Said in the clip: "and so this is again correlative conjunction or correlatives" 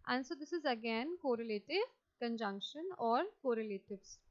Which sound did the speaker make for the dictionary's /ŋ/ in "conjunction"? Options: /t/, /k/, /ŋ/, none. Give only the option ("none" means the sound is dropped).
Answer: /ŋ/